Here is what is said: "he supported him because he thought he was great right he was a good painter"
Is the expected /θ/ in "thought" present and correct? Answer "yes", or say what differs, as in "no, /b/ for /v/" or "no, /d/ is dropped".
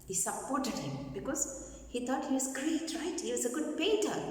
no, /t/ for /θ/